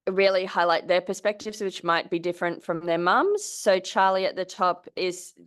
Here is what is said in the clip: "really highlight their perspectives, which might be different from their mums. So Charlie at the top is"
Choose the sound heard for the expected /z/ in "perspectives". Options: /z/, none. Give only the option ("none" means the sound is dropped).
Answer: /z/